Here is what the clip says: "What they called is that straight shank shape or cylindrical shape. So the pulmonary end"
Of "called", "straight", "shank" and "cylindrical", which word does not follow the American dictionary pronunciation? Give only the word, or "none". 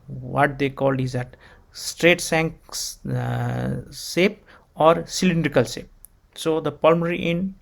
shank